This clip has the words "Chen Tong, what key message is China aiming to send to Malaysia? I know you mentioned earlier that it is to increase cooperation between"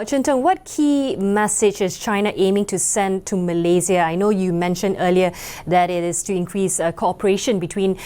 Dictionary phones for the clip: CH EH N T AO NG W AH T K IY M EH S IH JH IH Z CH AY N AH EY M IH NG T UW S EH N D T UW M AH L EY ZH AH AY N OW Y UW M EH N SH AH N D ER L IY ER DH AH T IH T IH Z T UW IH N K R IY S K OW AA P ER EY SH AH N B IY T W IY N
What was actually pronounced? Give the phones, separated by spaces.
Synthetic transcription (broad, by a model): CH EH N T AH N W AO T K IY M EH S IH JH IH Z CH AY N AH EY M IH NG T UW S EH N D T UW M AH L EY Z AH AY N OW Y UW M EH N SH AH N D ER L IY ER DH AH T IH T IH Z T UW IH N K R IY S K OW AA P ER EY SH AH N B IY T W IY N